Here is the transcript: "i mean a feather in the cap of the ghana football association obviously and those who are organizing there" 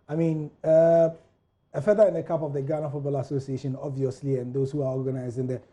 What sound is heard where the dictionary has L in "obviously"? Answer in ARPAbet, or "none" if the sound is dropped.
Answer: L